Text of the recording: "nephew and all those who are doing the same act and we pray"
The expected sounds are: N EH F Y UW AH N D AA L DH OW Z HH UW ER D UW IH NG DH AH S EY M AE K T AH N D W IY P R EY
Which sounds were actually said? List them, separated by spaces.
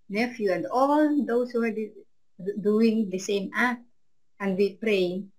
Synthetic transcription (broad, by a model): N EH F Y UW AH N D AA L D OW S HH UW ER D UW IH NG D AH S EY M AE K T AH N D W IY P R EY